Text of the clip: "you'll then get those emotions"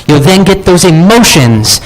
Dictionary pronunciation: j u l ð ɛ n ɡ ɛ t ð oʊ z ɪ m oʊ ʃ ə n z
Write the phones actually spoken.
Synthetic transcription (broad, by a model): j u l ð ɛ n ɡ ɛ t ð oʊ z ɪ m oʊ ʃ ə n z